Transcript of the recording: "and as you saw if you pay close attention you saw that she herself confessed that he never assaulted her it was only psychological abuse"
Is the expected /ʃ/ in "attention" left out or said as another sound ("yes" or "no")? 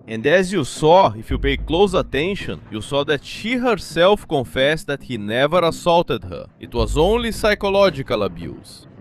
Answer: no